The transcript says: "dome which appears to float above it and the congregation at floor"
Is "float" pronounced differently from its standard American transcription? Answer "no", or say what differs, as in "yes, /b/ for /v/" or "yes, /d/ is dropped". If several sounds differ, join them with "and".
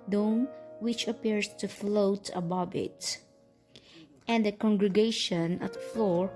no